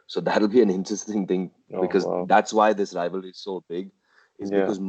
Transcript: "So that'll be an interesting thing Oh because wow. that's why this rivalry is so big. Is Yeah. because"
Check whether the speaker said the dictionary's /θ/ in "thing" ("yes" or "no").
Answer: yes